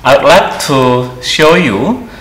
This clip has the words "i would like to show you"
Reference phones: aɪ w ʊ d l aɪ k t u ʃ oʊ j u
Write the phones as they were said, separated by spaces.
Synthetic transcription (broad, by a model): aɪ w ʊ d l aɪ k t u ʃ oʊ j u